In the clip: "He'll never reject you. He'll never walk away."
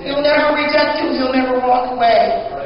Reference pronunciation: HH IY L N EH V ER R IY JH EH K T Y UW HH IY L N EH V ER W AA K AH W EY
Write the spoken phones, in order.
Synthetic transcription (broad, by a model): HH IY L N EH V ER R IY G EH T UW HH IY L N EH V ER W AA K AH W EY